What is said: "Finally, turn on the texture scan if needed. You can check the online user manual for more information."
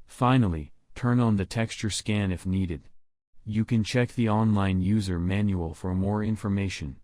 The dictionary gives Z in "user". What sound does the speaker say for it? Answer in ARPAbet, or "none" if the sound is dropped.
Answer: Z